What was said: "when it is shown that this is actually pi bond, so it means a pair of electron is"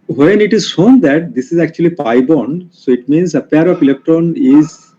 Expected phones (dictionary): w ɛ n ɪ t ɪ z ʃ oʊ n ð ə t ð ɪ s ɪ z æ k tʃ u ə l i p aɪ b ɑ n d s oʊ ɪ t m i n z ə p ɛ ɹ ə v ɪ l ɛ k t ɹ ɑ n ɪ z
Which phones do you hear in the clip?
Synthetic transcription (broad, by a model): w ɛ n ɪ t ɪ z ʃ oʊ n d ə t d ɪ s ɪ z æ k tʃ u ə l i p aɪ b ɑ n d s oʊ ɪ t m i n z ə p ɛ ɹ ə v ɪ l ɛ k t ɑ n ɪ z